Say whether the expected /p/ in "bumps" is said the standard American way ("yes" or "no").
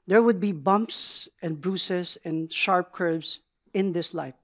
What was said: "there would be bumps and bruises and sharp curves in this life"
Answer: yes